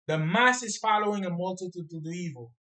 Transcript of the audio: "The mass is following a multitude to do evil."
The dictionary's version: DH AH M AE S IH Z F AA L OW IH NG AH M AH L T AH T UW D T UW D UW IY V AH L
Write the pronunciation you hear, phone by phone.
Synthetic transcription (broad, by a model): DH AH M AE S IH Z F AA L OW IH NG AH M AH L T AH T UW D T UW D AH IY V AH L